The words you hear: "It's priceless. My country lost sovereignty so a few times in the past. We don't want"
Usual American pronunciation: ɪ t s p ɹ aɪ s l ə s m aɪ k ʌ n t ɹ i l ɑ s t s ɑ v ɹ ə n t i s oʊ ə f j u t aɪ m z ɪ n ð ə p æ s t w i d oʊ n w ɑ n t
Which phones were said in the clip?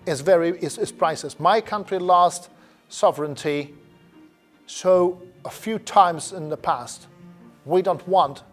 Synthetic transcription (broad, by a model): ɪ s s p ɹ aɪ s ə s m aɪ k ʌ n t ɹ i l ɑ s t s ɑ v ɹ ə n t i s oʊ ə f j u t aɪ m z ɪ n ð ə p æ s t w i d oʊ n w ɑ n t